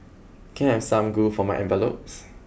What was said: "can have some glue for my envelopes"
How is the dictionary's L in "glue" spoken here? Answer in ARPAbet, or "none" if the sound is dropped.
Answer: none